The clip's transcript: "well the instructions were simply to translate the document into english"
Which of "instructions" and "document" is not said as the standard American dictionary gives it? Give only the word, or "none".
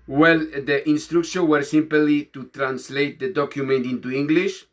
instructions